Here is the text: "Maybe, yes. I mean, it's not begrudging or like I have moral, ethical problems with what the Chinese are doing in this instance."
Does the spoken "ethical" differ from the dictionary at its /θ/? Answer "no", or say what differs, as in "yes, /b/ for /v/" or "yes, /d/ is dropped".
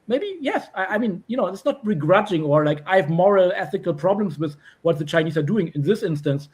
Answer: no